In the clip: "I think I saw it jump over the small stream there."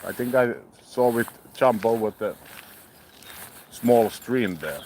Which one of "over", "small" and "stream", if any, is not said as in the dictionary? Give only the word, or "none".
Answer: over